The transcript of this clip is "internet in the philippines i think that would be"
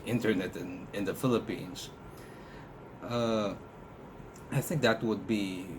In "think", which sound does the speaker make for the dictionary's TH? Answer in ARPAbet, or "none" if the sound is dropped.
TH